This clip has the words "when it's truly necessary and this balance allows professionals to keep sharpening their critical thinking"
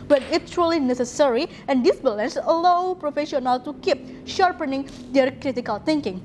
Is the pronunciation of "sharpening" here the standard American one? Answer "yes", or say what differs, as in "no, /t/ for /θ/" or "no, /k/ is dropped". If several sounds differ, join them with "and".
yes